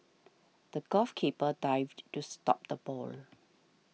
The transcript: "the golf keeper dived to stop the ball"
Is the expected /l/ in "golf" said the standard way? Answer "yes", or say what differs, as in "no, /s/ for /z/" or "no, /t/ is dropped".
no, /l/ is dropped